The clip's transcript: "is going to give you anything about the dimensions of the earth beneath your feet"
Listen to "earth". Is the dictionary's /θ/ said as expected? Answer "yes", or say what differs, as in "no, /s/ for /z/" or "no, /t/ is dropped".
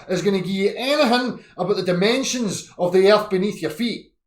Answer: yes